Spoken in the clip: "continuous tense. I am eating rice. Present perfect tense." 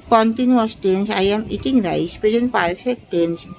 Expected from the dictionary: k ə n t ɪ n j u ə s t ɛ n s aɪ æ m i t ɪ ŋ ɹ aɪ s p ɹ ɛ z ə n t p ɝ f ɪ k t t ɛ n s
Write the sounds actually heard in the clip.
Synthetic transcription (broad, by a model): k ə n t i n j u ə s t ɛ n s aɪ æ m i t ɪ ŋ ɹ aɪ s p ɛ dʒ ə n p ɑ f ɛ k t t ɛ n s